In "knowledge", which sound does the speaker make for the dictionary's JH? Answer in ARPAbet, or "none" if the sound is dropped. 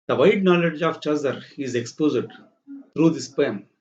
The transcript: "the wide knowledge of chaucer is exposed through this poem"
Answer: JH